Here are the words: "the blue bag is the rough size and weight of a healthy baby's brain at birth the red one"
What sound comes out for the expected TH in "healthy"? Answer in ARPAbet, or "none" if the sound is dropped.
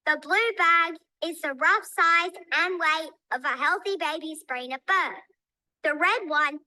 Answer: TH